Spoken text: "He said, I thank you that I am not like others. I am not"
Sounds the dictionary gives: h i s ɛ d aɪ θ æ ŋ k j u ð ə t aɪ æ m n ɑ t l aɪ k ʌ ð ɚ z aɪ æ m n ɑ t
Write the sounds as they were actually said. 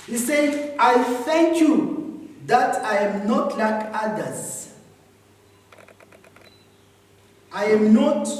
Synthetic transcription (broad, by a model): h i s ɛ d aɪ f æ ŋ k j u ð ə t aɪ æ m n ɑ t l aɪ k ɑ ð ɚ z aɪ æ m n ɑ t